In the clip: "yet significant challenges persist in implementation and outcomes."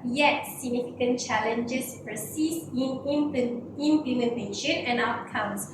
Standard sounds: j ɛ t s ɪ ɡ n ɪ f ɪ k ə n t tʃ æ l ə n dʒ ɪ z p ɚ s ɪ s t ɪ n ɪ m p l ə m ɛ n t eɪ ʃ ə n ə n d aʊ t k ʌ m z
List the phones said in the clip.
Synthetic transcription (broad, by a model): j ɛ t s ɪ ɡ n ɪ f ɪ k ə n tʃ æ l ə n dʒ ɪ s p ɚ s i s ɪ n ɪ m p l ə m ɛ n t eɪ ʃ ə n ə n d aʊ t k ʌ m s